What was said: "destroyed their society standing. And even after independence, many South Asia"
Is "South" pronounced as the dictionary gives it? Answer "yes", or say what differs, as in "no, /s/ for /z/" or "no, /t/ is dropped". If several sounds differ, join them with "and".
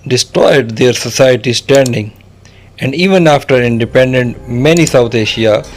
no, /t/ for /θ/